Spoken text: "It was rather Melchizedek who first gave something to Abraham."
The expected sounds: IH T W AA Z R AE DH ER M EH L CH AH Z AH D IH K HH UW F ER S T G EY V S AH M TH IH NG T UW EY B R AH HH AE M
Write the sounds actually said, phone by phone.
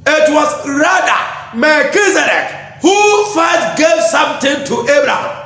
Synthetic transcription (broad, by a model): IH T W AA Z R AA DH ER M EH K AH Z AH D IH K HH UW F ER T G EY V S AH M T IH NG T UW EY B R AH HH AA M